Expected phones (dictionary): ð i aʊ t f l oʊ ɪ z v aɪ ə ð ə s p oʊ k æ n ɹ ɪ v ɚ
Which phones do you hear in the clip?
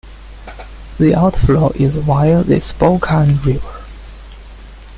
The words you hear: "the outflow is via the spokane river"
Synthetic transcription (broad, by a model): ð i aʊ t f l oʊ ɪ z w aɪ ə ð ə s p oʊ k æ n ɹ ɪ v ɚ